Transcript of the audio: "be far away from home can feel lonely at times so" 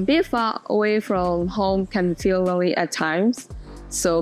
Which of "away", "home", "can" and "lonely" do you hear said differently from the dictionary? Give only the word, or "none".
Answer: lonely